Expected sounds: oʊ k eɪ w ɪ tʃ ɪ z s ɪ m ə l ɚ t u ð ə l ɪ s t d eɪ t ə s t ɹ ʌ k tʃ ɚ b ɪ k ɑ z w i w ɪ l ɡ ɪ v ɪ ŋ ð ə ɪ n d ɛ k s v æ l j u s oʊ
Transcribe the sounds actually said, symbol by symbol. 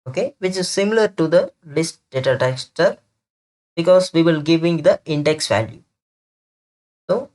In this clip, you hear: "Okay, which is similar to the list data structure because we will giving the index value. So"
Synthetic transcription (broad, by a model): oʊ k eɪ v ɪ tʃ ɪ z s ɪ m ə l ɚ t u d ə l ɪ s t d eɪ t ə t ɛ k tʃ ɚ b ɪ k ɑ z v i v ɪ l ɡ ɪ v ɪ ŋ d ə ɪ n d ɛ k s v æ l j u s oʊ